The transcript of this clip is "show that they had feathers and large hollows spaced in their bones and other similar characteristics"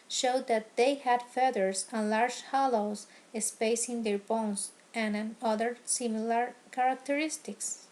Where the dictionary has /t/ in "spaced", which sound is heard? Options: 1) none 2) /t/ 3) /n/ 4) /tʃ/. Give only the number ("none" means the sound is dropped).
1